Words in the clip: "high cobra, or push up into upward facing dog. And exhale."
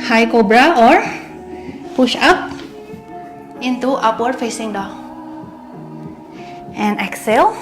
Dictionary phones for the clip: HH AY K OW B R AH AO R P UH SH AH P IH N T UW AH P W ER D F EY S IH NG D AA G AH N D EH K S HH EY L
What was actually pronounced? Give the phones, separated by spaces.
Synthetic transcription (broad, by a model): HH AY K OW B R AH AO R P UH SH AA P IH N T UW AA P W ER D F EY S IH NG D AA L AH N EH K S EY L